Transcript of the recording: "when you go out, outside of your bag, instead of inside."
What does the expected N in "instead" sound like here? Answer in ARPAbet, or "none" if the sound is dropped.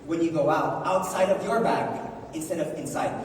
N